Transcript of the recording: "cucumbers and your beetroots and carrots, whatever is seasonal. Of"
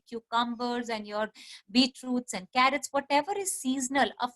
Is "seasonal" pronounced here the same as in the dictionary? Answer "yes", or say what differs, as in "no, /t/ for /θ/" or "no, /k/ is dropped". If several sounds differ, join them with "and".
yes